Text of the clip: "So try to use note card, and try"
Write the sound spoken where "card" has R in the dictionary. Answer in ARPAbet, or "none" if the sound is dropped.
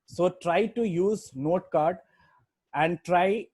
R